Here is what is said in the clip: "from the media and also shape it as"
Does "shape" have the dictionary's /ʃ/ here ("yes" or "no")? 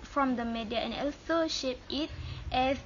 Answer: yes